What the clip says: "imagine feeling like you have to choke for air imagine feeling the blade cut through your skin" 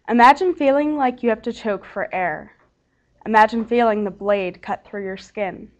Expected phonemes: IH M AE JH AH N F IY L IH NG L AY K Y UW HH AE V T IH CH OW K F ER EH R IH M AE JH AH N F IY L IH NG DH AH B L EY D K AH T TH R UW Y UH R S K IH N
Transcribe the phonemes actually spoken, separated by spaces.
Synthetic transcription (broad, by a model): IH M AE JH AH N F IY L IH NG L AY K Y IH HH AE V T IH CH OW K F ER EH R IH M AE JH AH N F IY L IH NG DH AH B L EY D K AH T TH R UW Y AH R S K IH N